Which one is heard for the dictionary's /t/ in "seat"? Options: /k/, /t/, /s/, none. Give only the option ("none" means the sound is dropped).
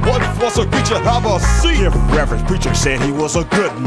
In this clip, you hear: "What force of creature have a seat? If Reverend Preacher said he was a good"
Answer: none